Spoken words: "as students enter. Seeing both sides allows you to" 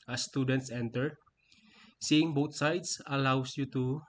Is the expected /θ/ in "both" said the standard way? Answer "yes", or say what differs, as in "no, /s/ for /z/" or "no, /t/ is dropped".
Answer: no, /t/ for /θ/